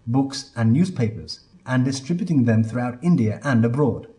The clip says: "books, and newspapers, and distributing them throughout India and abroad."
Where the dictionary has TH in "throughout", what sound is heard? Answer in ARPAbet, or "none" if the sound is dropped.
TH